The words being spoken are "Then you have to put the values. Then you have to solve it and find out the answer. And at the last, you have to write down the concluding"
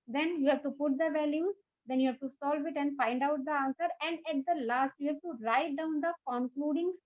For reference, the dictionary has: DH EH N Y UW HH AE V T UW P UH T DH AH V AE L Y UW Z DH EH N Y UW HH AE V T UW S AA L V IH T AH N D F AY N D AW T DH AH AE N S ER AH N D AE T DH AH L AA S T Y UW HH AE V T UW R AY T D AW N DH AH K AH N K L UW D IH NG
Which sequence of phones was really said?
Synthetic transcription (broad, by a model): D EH N Y UW HH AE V T UW P UH T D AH V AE L Y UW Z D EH N Y UW HH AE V T UW S AA L V IH T AH N D F AY N D AW T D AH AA N S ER AH N D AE T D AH L AA S T Y UW HH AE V T UW R AY T D AW N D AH K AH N K L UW D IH NG